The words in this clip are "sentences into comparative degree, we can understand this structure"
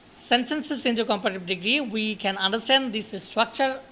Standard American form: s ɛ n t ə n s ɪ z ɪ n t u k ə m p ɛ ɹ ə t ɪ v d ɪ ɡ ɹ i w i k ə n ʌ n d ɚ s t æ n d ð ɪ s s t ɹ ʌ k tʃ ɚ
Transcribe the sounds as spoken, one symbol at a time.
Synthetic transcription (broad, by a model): s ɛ n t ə n s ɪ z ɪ n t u k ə m p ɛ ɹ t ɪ b d ɪ ɡ ɹ i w i k ə n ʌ n d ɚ s t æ n d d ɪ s s t ɹ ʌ k tʃ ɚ